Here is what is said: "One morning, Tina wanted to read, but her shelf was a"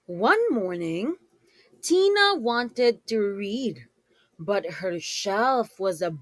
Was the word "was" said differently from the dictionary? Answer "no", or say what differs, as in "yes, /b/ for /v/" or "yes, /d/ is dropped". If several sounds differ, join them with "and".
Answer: no